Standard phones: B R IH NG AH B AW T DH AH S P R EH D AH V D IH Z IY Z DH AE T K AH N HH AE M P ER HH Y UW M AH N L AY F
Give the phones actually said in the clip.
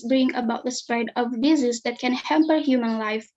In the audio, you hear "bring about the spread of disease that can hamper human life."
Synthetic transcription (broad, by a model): B R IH NG AH B AW T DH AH S P R EH D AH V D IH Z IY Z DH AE T K AH N HH AE M P ER HH Y UW M AH N L AY F